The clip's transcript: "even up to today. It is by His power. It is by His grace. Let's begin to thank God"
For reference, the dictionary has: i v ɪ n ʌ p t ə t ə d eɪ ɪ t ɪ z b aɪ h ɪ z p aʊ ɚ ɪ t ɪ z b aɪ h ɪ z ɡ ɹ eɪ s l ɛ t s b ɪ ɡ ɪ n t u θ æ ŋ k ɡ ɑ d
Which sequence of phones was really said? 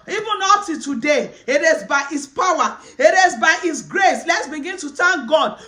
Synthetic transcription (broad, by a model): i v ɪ n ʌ t ə t ə d eɪ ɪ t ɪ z b aɪ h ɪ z p aʊ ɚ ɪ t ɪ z b aɪ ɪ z ɡ ɹ eɪ s l ɛ t s b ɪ ɡ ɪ n t u t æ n ɡ ɑ d